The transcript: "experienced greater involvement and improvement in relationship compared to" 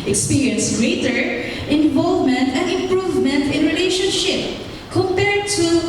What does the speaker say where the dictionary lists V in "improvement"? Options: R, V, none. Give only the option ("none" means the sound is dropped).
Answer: V